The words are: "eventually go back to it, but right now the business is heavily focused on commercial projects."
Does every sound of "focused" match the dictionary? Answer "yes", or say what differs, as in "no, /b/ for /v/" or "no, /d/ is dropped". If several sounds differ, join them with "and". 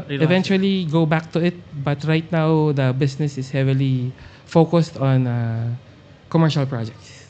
yes